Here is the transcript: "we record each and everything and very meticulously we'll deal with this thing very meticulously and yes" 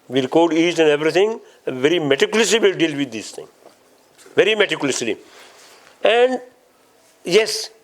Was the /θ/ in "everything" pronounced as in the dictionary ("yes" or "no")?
no